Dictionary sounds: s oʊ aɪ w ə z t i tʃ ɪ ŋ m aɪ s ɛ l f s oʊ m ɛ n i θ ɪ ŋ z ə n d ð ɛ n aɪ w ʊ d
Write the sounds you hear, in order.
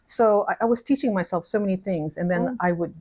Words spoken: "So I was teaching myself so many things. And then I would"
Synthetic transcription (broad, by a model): s oʊ aɪ w ə z t i tʃ ɪ ŋ m aɪ s ɛ l f s oʊ m ɛ n i θ ɪ ŋ z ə n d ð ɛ n aɪ w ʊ d